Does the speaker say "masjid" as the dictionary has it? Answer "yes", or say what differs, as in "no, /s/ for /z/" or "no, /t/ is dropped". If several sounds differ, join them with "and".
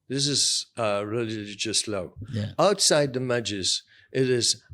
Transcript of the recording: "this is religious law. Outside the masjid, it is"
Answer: no, /s/ is dropped